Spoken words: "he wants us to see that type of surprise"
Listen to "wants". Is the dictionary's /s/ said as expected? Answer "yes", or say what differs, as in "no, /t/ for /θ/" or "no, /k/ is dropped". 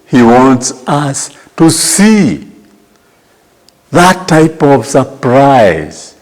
yes